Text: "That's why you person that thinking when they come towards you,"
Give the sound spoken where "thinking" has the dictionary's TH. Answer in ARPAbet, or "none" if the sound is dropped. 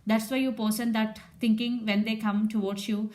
T